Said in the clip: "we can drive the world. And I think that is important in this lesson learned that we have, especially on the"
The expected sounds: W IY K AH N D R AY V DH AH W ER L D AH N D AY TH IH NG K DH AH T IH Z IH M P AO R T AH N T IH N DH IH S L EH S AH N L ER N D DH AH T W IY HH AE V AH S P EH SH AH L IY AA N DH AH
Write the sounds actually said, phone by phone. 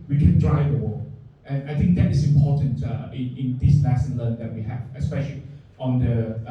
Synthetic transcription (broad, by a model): W IY K AH N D R AY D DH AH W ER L AH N AY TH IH NG K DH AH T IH S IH M P AO T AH N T IH N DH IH S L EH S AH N L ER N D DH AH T W IY HH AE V AH S P EH SH AH L IY AA N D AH